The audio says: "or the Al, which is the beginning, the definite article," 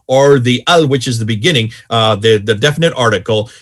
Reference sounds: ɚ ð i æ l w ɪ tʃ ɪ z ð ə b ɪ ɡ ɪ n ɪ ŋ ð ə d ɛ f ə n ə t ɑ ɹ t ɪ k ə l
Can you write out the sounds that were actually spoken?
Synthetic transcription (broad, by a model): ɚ ð i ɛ l w ɪ tʃ ɪ z ð ə b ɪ ɡ ɪ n ɪ ŋ ð ə d ɛ f ə n ə t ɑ ɹ t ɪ k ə l